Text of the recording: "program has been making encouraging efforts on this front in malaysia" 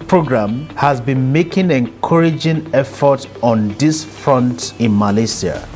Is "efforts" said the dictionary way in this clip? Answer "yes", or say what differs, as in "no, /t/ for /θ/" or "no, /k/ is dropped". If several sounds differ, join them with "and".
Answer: no, /s/ is dropped